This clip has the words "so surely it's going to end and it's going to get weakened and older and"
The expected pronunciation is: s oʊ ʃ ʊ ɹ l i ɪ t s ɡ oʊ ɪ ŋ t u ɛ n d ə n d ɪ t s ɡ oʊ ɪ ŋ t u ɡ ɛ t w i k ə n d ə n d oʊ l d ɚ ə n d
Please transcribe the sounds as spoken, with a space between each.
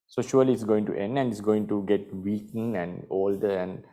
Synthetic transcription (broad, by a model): s oʊ ʃ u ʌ l i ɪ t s ɡ oʊ ɪ ŋ t u ɛ n d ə n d ɪ t s ɡ oʊ ɪ ŋ t u ɡ ɛ t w i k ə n ə n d oʊ l d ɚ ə n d